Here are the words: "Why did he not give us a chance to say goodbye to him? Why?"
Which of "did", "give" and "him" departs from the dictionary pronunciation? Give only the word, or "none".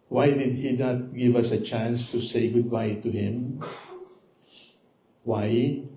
none